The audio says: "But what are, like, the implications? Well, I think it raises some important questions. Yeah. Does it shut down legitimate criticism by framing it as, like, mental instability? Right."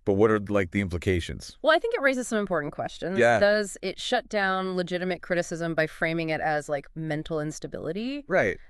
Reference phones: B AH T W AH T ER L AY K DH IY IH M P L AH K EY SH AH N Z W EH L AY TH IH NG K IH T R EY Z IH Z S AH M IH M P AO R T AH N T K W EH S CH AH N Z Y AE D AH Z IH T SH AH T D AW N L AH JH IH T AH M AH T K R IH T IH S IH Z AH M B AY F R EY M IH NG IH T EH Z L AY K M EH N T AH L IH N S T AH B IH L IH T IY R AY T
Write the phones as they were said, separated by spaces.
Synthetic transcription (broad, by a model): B AH T W AH T ER L AY K DH IY IH M P L AH K EY SH AH N Z W EH L AY TH IH NG K IH T R EY Z IH Z S AH M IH M P AO R T N K W EH S CH AH N Z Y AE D AH Z IH T SH AH T D AW N L AH JH IH T AH M AH T K R IH T IH S IH Z AH M B AY F R EY M IH NG IH T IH Z L AY K M EH N T L IH N S T AH B IH L IH T IY R AY T